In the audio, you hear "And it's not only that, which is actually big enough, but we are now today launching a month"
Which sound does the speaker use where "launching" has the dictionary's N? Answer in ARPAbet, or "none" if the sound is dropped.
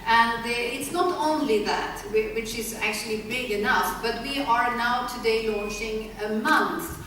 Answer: N